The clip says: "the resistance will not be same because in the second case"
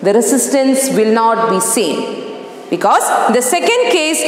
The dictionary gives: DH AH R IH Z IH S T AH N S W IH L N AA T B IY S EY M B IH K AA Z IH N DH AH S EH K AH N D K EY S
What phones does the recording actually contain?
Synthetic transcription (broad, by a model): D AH R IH S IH S T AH N S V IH L N AA T B IY S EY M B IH K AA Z IH N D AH S EH K AH N D K EY S